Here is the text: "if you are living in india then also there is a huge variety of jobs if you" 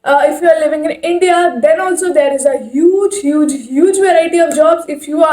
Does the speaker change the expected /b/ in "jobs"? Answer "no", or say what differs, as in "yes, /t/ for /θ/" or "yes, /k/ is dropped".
no